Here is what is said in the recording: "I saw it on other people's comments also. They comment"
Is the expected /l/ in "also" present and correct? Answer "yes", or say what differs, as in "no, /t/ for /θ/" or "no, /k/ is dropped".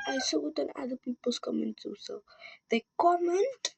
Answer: no, /l/ is dropped